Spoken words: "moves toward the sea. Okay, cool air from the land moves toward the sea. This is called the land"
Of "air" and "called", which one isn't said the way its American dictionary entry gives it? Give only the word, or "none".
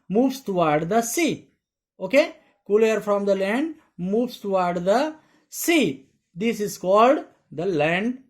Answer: none